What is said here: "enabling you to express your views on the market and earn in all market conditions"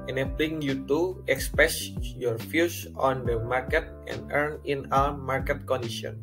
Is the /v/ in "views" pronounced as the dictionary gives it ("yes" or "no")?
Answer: no